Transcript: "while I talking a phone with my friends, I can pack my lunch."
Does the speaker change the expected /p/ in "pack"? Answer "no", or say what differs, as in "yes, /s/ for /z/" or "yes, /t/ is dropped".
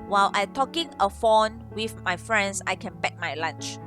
yes, /b/ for /p/